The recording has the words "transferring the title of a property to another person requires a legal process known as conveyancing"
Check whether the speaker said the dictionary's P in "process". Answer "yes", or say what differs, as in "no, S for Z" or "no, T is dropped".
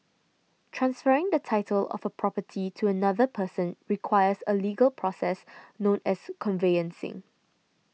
yes